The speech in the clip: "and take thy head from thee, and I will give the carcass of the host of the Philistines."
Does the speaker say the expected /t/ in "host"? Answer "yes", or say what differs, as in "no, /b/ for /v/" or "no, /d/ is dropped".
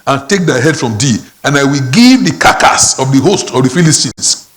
yes